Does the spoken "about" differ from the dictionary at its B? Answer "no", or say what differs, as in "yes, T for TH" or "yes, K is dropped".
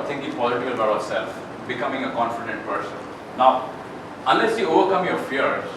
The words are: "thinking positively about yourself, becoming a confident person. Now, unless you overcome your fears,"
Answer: yes, B is dropped